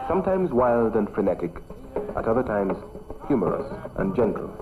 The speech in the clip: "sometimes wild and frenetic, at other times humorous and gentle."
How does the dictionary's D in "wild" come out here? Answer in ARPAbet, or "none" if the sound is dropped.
D